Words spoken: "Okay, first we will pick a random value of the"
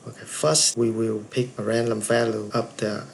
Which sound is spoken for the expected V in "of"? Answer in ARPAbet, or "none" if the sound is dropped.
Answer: P